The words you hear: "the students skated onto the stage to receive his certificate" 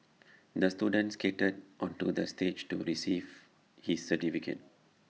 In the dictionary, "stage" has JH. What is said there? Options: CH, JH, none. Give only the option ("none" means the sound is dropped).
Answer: JH